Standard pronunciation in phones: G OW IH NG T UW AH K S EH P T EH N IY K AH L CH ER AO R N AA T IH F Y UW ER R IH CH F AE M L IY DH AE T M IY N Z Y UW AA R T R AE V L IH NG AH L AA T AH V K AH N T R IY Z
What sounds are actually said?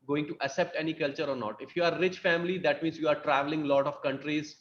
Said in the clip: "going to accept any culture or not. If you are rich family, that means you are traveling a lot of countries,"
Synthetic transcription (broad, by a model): G OW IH NG T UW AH S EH P T EH N IY K AH L CH ER AO R N AA T IH F Y UW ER R IH CH F AE M L IY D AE T M IY N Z Y UW AA R T R AE V L IH NG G L AA T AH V K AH N T R IY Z